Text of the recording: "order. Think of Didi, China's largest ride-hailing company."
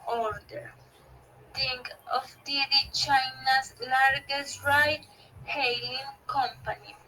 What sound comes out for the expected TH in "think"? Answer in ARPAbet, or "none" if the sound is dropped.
T